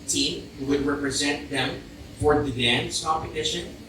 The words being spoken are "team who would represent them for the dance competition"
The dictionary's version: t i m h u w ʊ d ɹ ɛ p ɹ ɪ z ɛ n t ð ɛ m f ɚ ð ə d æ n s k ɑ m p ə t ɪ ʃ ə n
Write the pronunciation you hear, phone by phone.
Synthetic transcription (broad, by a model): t i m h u w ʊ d ɹ ɛ p ɹ ɪ z ɛ n t ð ɛ m f ɚ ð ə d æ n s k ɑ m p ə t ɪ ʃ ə n